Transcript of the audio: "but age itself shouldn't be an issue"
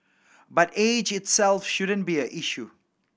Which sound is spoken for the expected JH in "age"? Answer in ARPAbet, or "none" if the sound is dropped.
JH